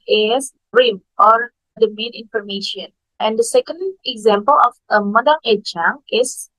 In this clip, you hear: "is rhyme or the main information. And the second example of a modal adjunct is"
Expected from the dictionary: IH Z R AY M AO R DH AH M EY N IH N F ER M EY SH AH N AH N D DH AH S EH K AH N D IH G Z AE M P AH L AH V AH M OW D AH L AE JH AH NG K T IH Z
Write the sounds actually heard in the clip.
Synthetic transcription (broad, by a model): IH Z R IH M AO R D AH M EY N IH N F ER M EY SH AH N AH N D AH S EH K AH N D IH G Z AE M P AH L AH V AH M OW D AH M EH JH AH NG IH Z